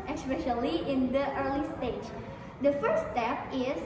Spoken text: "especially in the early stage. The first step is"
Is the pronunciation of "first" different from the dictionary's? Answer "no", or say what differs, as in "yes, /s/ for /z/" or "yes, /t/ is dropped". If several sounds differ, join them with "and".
yes, /s/ is dropped